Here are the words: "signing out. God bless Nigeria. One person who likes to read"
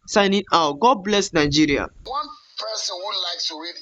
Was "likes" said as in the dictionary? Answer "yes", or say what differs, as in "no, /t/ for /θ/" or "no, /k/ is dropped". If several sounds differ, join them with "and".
no, /s/ is dropped